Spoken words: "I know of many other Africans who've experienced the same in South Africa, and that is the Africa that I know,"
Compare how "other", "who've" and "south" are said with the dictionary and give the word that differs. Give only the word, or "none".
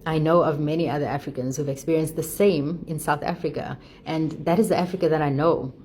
none